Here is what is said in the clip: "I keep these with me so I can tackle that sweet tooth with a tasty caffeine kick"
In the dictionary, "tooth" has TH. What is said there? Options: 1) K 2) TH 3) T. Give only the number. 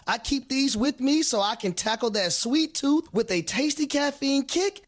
2